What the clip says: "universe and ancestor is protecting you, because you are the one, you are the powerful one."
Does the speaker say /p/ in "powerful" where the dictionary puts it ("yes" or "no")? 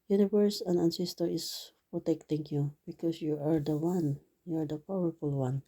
yes